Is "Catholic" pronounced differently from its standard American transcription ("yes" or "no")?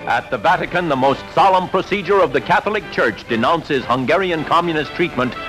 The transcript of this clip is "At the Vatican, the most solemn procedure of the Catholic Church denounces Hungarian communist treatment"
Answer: no